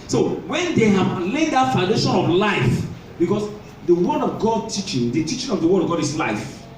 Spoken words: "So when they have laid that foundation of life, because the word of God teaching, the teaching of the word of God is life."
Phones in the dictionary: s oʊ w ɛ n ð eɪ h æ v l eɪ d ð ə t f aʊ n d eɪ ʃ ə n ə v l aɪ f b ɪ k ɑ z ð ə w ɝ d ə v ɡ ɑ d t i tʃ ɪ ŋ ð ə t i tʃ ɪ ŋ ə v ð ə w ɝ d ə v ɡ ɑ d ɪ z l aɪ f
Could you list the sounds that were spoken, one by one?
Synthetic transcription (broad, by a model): s oʊ w ɛ n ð eɪ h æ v l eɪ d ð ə t f aʊ n d eɪ ʃ ə n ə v l aɪ f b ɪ k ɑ s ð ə w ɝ d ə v ɡ ɑ d t i tʃ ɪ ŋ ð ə t i tʃ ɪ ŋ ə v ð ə w ɝ d ə v ɡ ɑ d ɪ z l aɪ f